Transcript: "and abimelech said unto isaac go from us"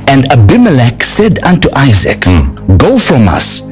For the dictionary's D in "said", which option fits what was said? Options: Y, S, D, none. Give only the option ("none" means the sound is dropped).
D